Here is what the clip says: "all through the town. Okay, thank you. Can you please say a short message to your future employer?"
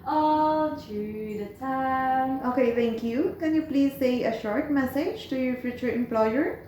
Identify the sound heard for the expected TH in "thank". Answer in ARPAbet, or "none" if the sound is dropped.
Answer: T